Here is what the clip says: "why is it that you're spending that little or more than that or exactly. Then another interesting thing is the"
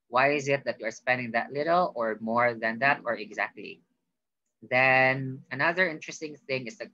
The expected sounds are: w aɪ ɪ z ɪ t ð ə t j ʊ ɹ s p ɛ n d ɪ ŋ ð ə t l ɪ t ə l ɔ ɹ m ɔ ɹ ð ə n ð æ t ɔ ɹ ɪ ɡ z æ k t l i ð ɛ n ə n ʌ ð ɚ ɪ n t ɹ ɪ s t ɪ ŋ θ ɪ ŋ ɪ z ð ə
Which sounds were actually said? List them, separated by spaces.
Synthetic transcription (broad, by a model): w aɪ ɪ z ɪ t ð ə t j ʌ ɹ s p ɛ n d ɪ ŋ ð ə t l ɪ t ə l ɔ ɹ m ɔ ɹ ð ə n ð æ t ɔ ɹ ɪ ɡ z æ k t l i ð ɛ n ə n ʌ ð ɚ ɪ n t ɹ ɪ s t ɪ ŋ θ ɪ ŋ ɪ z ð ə